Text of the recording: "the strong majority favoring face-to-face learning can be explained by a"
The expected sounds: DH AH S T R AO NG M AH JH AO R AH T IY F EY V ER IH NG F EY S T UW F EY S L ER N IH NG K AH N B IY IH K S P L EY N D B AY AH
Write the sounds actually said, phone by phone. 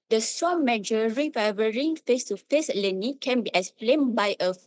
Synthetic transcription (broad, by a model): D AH S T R AO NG M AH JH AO R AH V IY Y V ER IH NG F EY S T UW F EY S L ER N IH K AH N B IY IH S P L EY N B AY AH